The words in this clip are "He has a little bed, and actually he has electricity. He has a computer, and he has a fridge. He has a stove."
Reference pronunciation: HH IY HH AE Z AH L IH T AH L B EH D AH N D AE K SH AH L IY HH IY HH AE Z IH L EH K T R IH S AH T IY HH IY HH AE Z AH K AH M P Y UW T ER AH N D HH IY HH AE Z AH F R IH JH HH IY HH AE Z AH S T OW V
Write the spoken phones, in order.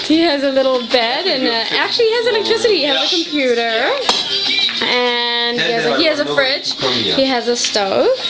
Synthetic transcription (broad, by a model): HH IY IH Z AH L IH T L B EH D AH N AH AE K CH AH L IY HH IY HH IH Z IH N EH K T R IH S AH T IY HH IY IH Z AH K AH M P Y UW T ER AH N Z HH IY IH Z AH F R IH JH HH IY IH Z AH S T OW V